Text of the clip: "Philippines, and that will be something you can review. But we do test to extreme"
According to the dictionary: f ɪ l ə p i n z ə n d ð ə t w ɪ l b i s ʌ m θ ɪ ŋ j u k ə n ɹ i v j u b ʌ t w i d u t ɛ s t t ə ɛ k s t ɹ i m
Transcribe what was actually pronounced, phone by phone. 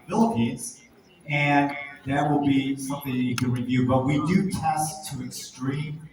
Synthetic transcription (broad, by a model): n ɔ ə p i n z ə n ð ə t w ɪ l b i s ʌ m θ ɪ ŋ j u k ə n ɹ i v j u b ʌ t w i d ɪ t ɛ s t t ə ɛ k s t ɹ i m